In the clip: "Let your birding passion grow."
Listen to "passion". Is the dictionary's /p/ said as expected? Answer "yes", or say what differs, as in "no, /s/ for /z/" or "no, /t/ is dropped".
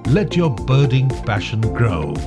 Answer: no, /f/ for /p/